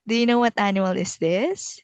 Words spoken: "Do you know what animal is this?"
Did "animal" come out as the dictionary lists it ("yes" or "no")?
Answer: no